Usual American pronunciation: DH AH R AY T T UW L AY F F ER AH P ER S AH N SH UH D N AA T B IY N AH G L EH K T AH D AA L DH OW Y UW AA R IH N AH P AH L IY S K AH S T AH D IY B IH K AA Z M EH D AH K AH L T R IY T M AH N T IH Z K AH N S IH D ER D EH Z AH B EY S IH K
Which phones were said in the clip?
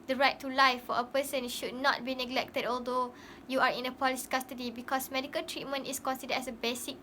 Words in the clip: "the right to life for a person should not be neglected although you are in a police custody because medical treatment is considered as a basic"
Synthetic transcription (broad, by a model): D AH R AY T T UW L AY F F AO AH P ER S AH N SH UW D N AA T B IY N AH G L EH K T AH D AA L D OW Y UW AA R IH N AH P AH L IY S K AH S T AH D IY B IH K AA S M EH D AH K AH L T R IY T M AH N T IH S K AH N S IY D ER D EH S AH B EY S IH K